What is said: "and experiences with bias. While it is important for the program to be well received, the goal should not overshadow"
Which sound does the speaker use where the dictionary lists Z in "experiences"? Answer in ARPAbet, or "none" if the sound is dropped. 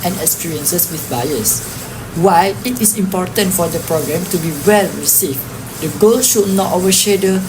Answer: S